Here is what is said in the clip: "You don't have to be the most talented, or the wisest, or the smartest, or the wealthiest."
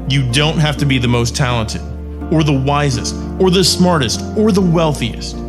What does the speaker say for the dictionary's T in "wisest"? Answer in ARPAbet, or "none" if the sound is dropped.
T